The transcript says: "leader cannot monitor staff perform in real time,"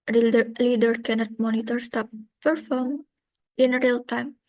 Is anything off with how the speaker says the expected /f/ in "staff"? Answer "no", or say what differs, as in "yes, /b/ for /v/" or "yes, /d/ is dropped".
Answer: yes, /p/ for /f/